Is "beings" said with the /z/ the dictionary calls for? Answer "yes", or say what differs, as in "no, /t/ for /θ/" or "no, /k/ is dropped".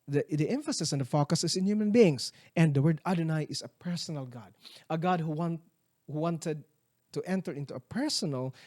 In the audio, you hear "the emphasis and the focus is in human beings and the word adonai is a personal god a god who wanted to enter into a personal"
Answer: no, /s/ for /z/